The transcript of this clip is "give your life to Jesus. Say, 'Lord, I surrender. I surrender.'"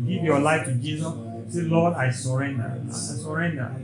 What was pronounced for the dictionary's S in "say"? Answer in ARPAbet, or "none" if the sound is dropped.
S